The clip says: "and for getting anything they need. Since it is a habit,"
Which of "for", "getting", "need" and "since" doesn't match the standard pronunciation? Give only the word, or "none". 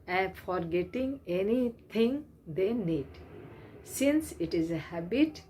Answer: none